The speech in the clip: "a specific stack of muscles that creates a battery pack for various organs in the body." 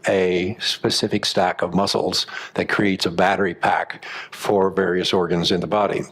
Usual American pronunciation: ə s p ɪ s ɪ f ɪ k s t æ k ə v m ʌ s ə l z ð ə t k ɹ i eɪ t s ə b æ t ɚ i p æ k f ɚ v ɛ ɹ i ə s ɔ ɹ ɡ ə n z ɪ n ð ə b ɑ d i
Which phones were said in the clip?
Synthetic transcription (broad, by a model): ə s p ɪ s ɪ f ɪ k s t æ k ə v m ʌ s l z ð ə t k ɹ i eɪ t s ə b æ t ɚ i p æ k f ɚ v ɛ ɹ i ə s ɔ ɹ ɡ ə n z ɪ n ð ə b ɑ d i